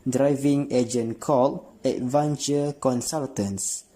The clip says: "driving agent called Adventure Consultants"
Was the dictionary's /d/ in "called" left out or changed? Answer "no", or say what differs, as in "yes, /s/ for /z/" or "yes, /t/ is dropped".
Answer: yes, /d/ is dropped